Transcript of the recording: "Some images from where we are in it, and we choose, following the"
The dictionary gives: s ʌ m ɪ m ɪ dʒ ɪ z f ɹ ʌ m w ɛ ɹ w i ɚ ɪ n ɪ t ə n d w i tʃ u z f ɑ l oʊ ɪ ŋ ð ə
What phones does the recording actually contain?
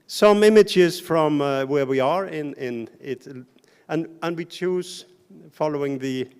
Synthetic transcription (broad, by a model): s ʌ m ɪ m ɪ dʒ ɪ z f ɹ ʌ m w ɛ ɹ w i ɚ ɪ n ɪ t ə n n w i tʃ u z f ɑ l oʊ ɪ ŋ ð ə